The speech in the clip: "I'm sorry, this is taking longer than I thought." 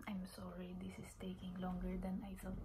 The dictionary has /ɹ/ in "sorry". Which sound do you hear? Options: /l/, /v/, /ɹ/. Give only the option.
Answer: /ɹ/